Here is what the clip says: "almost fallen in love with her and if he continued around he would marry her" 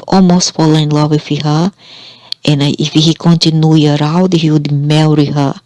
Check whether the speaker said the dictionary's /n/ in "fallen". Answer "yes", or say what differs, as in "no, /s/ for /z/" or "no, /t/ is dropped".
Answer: no, /n/ is dropped